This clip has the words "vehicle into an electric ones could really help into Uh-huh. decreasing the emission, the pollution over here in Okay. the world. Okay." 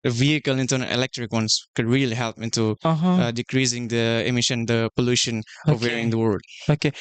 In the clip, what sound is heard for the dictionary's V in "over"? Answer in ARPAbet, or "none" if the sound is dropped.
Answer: none